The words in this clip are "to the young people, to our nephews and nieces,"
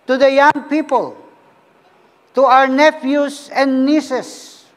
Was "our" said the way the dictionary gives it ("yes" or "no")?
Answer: yes